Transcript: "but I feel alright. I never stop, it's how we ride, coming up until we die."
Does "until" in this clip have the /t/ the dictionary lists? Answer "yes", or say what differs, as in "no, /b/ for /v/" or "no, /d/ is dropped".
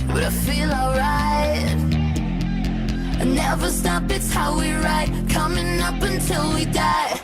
yes